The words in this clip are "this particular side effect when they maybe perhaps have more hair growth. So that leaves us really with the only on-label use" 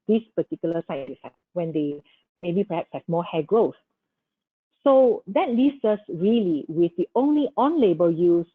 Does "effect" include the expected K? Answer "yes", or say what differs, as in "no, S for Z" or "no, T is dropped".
no, K is dropped